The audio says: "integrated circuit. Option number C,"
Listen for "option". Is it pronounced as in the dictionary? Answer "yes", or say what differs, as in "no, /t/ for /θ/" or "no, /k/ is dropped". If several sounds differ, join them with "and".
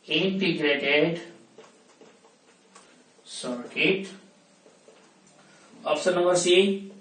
no, /s/ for /ʃ/